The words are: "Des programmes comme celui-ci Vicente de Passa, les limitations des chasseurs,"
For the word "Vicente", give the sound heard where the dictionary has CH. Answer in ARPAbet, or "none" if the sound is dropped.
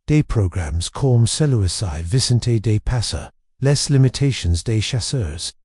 S